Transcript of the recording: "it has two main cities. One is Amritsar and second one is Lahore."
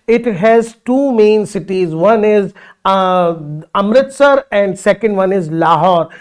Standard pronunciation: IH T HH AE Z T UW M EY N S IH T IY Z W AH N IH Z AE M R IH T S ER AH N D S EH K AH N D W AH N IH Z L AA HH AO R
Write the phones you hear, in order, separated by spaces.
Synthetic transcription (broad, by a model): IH T HH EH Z T UW M EY N S IH T IY Z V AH N IH Z AE M R IH T S ER AH N D S EH K AH N D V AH N IH Z L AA HH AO R